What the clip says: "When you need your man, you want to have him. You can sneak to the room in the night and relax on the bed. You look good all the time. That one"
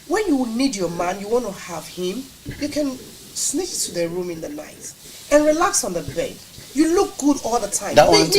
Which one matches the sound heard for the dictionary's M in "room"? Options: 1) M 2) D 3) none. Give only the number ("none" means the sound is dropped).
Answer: 1